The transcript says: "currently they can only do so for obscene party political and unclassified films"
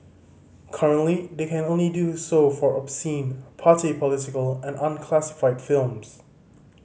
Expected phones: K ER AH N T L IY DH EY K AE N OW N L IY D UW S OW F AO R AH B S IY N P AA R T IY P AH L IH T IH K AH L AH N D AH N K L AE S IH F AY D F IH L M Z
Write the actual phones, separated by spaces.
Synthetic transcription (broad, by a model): K ER AH N T L IY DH EY K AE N OW N L IY D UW S OW F AO R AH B S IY N P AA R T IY P AH L IH T IH K AH L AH N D AH N K L AE S IH F AY D F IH L M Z